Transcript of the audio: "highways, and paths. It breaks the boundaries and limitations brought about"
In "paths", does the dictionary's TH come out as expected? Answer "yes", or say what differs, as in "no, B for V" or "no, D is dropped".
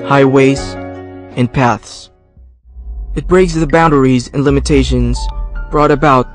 yes